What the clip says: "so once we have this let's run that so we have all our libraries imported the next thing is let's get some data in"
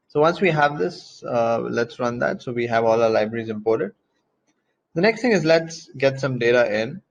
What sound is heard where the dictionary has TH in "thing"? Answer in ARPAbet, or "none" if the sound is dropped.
T